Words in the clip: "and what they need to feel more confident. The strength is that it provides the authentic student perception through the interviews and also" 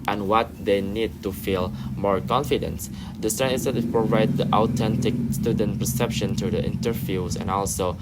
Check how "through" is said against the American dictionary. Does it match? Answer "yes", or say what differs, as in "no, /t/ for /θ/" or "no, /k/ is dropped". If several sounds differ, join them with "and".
no, /t/ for /θ/